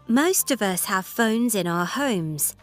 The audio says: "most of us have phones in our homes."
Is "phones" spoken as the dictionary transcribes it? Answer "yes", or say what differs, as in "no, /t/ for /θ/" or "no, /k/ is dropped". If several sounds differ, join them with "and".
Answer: yes